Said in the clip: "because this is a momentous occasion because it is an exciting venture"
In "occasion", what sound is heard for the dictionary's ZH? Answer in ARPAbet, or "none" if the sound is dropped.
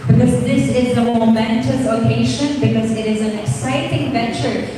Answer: SH